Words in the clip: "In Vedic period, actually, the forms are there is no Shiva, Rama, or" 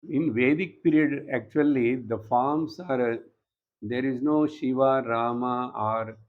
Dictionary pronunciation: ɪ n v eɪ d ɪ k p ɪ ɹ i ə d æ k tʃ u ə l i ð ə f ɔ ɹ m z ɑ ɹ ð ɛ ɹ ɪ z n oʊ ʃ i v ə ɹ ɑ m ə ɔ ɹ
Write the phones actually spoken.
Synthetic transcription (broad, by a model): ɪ n v eɪ d ɪ k p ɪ ɹ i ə d æ k tʃ u ə l i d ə f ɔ ɹ m s ɑ ɹ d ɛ ɹ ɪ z n oʊ ʃ i v ə ɹ ɑ m ə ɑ ɹ